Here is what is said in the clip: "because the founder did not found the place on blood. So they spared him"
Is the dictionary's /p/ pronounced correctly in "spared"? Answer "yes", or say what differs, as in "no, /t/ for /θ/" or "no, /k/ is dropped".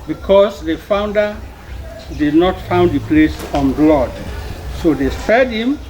no, /p/ is dropped